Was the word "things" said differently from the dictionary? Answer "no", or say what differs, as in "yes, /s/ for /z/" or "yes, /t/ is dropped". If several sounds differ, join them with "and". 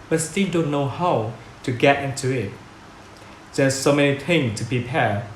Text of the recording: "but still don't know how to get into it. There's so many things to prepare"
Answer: yes, /z/ is dropped